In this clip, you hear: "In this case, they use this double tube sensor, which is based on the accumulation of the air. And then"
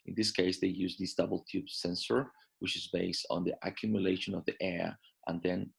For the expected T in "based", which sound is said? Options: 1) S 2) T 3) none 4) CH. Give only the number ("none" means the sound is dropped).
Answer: 2